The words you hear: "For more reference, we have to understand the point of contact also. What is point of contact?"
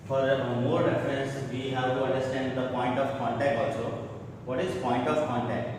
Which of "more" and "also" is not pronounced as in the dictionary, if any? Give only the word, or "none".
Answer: also